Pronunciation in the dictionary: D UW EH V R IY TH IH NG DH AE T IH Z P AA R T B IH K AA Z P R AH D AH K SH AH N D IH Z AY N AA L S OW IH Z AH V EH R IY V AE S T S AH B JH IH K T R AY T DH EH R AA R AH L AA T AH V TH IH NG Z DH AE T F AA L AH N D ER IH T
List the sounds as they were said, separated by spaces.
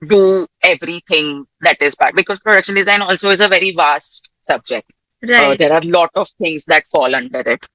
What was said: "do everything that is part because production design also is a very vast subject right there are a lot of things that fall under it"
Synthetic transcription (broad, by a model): D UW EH V R IY T IH NG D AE T IH Z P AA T B IH K AA Z P R AH D AH K SH AH N D IH Z AY N AA L S OW IH Z AH V EH R IY V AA S T S AH B JH IH K T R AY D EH R AA R L AA T AH V T IH NG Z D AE T F AA L AH N D ER IH T